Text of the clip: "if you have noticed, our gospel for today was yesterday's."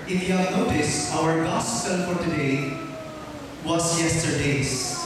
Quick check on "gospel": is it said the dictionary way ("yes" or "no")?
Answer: no